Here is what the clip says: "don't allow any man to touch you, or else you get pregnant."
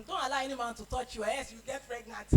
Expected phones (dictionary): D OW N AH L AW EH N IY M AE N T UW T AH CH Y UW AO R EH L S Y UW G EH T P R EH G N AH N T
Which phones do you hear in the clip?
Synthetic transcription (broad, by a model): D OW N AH L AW EH N IY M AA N T UW T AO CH Y UW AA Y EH S Y UW G EH T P R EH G N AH N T